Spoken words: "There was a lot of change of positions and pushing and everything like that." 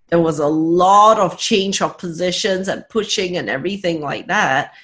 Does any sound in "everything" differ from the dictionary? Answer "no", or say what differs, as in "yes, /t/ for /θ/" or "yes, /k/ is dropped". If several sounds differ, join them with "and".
no